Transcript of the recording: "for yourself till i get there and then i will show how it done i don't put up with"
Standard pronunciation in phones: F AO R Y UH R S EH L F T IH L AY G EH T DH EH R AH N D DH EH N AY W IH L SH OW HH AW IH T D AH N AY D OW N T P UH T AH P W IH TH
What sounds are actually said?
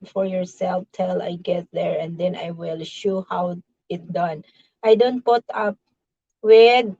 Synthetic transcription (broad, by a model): F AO R Y UH R S EH L F T IH L AY G EH T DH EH R AH N D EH N AY W IH L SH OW HH AW IH T D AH N AY D OW N T P UH T AH P W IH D